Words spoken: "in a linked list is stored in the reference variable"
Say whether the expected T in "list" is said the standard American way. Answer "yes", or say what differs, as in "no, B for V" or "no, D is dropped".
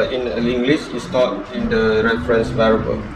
no, T is dropped